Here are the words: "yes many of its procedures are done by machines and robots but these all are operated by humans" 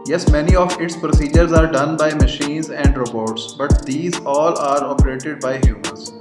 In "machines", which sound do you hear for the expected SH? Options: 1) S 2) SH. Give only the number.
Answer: 2